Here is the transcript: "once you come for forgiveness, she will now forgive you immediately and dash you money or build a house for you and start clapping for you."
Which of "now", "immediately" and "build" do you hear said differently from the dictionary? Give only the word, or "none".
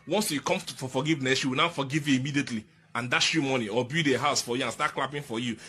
build